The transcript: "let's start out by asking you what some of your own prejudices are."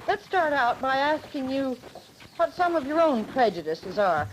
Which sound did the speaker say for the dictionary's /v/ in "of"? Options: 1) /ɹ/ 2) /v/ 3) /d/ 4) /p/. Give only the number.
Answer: 2